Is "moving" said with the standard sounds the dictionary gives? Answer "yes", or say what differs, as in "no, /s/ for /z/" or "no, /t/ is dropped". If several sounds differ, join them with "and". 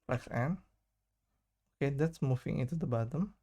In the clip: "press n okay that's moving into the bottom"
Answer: no, /f/ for /v/